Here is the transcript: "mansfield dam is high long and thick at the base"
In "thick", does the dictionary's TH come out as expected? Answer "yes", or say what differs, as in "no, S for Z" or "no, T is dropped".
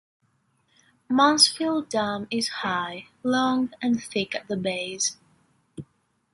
yes